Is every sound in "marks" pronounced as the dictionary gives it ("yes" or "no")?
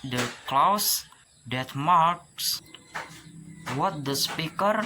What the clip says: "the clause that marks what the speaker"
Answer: yes